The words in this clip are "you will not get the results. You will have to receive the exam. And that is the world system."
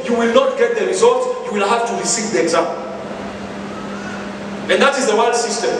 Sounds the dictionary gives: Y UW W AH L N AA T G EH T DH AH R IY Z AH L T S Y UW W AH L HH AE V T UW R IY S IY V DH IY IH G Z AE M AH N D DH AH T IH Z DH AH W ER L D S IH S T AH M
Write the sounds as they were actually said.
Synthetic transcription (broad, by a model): Y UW W AH L N AA T G EH T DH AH R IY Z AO L T Y UW W AH L HH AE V T UW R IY S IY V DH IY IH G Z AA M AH N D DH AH T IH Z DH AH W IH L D S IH S T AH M